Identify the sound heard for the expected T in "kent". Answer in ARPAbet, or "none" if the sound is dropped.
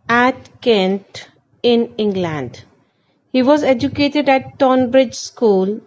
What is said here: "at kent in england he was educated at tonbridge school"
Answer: T